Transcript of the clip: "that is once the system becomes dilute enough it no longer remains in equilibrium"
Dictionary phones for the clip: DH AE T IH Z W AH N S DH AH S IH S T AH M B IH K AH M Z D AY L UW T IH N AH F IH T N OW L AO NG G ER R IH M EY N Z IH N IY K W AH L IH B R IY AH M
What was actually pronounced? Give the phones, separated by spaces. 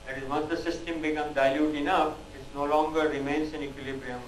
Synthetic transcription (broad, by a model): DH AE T IH Z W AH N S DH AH S IH S T AH M B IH K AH M D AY L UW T IH N AH F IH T N OW L AO NG G ER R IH M EY N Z IH N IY K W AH L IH B R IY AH M